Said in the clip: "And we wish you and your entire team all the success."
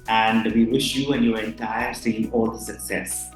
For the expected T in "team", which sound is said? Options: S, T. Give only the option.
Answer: S